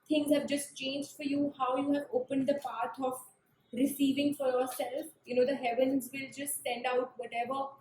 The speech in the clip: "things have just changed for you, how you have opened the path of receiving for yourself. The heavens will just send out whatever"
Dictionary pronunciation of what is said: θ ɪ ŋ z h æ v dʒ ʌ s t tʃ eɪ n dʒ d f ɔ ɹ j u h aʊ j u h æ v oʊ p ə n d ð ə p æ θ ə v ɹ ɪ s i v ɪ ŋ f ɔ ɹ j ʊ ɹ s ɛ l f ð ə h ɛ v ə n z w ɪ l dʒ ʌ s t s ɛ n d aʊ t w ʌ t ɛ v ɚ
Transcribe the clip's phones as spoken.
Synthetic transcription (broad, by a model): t ɪ ŋ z h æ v dʒ ʌ s t tʃ eɪ n dʒ d f ɔ ɹ j u h aʊ j u h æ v oʊ p ə n d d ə p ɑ t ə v ɹ ɪ s i v ɪ ŋ f ɔ ɹ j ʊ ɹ s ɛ l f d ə h ɛ v ə n z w ɪ l dʒ ʌ s t s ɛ n d aʊ t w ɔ t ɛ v ɚ